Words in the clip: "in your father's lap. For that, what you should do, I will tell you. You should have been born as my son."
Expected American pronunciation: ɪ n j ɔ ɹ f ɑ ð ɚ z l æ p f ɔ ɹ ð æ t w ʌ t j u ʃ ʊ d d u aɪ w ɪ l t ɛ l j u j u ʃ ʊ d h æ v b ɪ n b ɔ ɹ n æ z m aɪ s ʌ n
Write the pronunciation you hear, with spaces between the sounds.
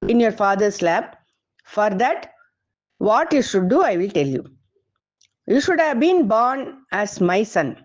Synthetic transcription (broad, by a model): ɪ n j ɔ ɹ f ɑ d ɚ s l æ b f ɔ ɹ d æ t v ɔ t j u ʃ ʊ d d u aɪ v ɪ l t ɛ l j u j u ʃ ʊ d h æ v b ɪ n b ɔ ɹ n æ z m aɪ s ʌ n